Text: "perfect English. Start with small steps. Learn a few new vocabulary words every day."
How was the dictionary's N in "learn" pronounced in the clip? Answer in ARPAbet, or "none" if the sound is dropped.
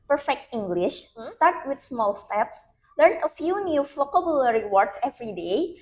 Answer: N